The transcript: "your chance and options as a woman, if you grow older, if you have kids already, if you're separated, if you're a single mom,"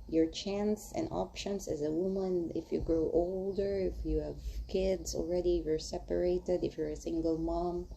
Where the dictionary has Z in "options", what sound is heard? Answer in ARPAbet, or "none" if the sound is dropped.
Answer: S